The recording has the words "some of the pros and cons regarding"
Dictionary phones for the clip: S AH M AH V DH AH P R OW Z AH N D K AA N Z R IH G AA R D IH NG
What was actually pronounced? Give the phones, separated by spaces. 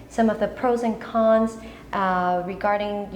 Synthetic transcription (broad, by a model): S AH M AH V DH AH P R OW Z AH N K AA N Z R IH G AA R D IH NG